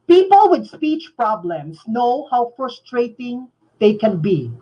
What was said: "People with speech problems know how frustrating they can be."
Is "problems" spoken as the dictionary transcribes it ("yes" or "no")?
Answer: no